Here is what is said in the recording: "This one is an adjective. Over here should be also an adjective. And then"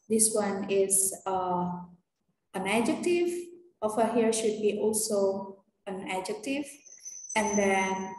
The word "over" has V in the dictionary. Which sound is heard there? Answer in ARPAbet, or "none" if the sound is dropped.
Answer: F